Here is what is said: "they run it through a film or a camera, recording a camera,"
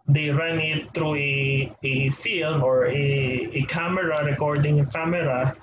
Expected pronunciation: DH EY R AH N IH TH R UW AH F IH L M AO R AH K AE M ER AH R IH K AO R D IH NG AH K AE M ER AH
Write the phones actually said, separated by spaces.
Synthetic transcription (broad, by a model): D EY R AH N IH T R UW AH F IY L M AO R AH K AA M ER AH R IH K AO R D IH NG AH K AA M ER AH